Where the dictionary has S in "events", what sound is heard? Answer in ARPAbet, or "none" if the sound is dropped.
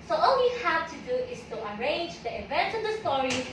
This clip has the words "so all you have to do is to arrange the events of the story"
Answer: none